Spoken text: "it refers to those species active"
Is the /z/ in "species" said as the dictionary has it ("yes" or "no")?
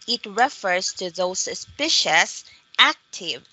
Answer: no